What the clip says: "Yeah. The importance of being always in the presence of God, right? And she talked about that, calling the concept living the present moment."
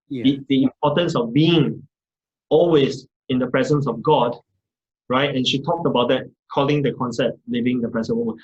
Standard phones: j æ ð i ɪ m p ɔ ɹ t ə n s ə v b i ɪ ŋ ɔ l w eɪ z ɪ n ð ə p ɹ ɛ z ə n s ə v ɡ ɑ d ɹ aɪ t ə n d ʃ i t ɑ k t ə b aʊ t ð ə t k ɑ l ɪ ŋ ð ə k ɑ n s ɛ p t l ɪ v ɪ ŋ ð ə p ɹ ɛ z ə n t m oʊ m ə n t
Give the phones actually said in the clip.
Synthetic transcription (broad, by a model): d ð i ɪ m p ɔ t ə n s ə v b i ɪ ŋ ɔ l w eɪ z ɪ n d ə p ɹ ɛ z ə n s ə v ɡ ɑ d ɹ aɪ t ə n ʃ i t ɑ k t ə b aʊ t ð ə t k ɑ l ɪ ŋ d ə k ɑ n s ɛ p t l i v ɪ ŋ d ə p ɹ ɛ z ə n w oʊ m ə n